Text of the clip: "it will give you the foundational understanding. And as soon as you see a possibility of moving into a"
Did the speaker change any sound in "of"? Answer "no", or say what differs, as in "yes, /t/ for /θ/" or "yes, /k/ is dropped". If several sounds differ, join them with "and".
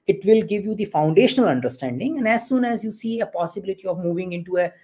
no